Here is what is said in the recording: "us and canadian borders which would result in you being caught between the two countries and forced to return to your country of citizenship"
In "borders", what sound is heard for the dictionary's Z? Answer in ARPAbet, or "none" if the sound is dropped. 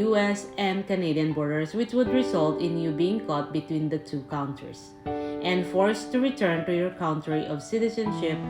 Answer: S